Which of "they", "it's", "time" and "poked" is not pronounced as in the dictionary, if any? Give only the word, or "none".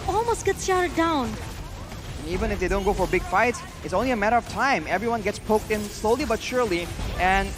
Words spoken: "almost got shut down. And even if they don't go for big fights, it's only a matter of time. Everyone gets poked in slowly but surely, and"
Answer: none